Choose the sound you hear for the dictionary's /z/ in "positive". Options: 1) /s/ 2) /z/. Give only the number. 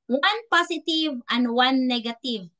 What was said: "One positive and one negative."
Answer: 1